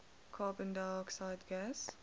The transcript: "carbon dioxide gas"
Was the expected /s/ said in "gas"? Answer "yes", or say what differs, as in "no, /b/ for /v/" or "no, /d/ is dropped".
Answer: yes